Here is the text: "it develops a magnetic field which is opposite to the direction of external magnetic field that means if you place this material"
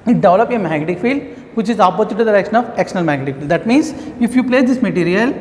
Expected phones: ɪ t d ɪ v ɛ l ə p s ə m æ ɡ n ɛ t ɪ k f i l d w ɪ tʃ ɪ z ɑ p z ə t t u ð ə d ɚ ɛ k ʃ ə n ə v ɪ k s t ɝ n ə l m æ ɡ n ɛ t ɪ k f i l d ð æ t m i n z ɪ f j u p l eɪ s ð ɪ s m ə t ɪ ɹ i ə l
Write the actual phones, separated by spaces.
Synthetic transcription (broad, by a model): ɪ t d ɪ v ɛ l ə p ə m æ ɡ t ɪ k f i l d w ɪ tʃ ɪ z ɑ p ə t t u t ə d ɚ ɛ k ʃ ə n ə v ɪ k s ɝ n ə l m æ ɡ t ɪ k f i l d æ t m i n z ɪ f j u p l eɪ s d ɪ s m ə t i ɹ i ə l